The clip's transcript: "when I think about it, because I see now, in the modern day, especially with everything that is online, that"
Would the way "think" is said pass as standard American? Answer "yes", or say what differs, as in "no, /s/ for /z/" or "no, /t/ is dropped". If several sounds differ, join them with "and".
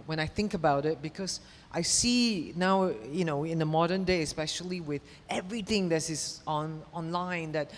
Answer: yes